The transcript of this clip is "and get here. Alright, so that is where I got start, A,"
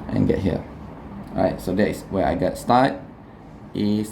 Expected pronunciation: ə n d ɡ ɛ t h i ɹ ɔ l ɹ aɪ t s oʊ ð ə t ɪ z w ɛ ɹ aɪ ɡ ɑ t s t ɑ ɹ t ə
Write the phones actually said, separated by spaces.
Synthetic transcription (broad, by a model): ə n ɡ ɛ t h i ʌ ɹ aɪ t s oʊ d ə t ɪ s w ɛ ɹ aɪ ɡ ɑ t s t ɑ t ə